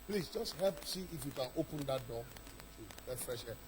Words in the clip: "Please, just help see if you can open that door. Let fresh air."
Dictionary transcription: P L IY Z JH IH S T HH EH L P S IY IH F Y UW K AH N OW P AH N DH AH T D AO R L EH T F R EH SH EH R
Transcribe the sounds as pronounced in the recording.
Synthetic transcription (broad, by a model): P L IY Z JH IH S T HH EH L P S IY IH F Y UW K AH N OW P AH N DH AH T D AO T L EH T F R EH SH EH